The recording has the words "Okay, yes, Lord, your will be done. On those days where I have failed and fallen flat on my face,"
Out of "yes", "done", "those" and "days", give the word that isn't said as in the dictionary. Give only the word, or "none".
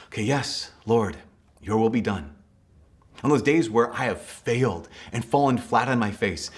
none